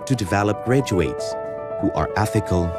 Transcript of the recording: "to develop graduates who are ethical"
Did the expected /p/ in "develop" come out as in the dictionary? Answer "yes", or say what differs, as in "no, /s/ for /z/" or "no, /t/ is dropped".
yes